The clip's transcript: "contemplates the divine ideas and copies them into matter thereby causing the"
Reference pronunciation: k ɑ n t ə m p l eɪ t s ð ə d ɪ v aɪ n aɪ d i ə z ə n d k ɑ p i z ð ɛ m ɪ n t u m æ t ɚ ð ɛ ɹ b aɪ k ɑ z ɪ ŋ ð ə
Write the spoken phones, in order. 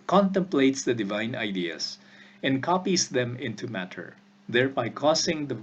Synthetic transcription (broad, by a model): k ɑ n t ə m p l eɪ t s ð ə d ɪ v aɪ n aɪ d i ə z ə n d k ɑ p i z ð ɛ m ɪ n t u m æ t ɚ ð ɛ ɹ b aɪ k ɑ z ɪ ŋ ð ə